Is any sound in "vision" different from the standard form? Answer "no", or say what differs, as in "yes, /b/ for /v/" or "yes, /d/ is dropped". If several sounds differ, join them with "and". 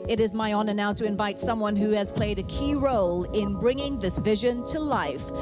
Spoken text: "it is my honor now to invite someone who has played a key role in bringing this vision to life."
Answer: no